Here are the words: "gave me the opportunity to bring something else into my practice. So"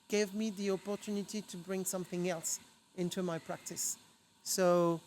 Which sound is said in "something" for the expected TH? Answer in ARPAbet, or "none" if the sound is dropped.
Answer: TH